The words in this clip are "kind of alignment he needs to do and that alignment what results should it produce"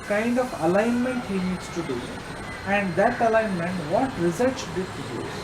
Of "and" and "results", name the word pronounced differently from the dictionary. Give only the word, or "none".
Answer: results